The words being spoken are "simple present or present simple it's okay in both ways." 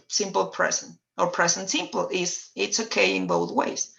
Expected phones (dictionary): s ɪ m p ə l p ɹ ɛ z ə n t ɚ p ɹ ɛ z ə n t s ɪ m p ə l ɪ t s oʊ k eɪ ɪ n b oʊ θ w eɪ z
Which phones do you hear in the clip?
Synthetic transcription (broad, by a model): s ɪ m p l p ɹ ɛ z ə n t ɚ p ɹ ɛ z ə n t s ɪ m p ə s ɪ t s oʊ k eɪ ɪ n b oʊ θ w eɪ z